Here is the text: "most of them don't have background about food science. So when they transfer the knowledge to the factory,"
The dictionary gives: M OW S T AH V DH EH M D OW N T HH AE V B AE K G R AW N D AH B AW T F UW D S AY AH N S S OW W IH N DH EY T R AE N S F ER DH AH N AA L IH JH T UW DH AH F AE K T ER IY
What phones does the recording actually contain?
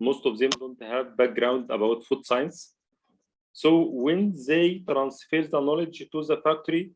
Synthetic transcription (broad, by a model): M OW S T AH V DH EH M D OW N T HH AE V B AE K G R AW N D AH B AW T F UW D S AY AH N S S OW W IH N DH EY T R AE N S F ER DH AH N AA L IH JH T UW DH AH F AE K T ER IY